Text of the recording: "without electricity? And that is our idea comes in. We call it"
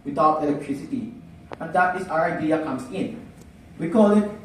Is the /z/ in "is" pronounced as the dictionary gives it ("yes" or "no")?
no